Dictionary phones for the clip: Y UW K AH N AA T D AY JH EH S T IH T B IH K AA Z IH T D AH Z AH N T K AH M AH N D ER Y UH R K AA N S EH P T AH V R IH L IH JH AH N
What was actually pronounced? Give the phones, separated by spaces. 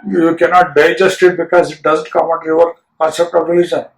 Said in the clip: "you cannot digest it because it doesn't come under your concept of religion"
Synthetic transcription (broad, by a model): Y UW K AH N AA T D AY JH EH S T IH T B IH K AA Z IH T D AH Z AH N T K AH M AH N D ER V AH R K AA S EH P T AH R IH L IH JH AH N